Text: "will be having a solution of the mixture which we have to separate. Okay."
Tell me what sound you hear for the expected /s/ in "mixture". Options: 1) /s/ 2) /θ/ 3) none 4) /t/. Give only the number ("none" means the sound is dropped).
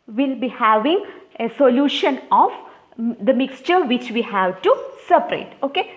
1